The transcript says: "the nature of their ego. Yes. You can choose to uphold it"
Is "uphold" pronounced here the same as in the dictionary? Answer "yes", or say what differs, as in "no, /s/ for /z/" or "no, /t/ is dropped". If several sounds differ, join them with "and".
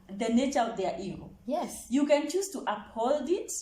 yes